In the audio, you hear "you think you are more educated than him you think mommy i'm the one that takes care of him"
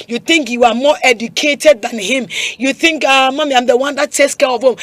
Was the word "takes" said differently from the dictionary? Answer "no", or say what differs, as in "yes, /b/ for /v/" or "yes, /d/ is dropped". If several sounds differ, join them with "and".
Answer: yes, /k/ is dropped